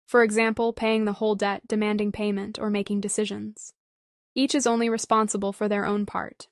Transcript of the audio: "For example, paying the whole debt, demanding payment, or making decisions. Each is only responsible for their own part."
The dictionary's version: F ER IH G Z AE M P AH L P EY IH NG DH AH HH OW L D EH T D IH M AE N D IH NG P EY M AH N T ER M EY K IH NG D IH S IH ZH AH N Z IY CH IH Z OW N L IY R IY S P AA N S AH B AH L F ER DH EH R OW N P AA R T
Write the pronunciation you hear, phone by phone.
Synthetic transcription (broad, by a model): F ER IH G Z AE M P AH L P EY IH NG DH AH HH OW L D EH T D IH M AE N D IH NG P EY M AH N T ER M EY K IH NG D IH S IH ZH AH N Z IY CH IH Z OW N L IY R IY S P AA N S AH B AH L F ER DH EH R OW N P AA R T